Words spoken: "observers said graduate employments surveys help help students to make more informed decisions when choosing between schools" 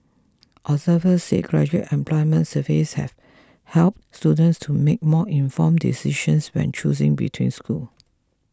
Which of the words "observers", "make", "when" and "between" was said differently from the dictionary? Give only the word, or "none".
observers